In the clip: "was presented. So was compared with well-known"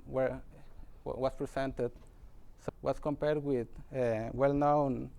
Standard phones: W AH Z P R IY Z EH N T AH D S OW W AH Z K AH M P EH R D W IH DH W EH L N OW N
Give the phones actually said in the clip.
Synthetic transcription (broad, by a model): W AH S P R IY S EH N T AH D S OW W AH S K AH M P EH R D W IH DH W EH L N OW N